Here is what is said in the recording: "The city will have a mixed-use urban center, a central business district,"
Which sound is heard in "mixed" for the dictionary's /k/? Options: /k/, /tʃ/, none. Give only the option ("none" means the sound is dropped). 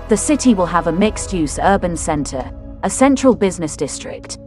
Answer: /k/